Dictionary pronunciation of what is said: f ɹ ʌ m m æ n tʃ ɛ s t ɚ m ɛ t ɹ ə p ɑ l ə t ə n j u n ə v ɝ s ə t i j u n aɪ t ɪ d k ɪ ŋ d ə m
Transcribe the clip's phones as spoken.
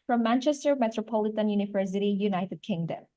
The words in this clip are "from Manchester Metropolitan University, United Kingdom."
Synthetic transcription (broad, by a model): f ɹ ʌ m m æ n tʃ ɛ s t ɚ m ɛ t ɹ ə p ɑ l ə t ə n j u n ə v ɝ s ə t i j u n aɪ t ɪ d k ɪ ŋ d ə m